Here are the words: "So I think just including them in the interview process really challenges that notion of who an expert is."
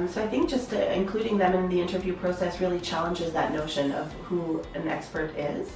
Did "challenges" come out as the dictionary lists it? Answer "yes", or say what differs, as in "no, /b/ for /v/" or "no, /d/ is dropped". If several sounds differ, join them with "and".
yes